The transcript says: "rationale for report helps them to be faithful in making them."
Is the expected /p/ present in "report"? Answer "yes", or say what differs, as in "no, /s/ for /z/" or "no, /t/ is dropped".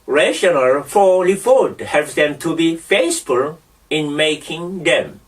no, /f/ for /p/